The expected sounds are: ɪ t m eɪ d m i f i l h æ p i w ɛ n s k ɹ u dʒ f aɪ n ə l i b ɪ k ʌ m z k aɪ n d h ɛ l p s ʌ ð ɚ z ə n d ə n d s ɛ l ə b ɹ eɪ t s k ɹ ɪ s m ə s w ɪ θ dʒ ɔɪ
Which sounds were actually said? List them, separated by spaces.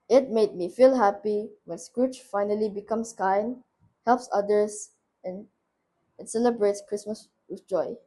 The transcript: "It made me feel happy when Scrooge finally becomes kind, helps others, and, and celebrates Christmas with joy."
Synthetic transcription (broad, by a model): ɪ t m eɪ d m i f i l h æ p i w ɛ n s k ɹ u tʃ f aɪ n ə l i b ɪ k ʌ m s k aɪ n h ɛ l p s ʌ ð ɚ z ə n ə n s ɛ l ə b ɹ eɪ t s k ɹ ɪ s m ə s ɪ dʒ ɔɪ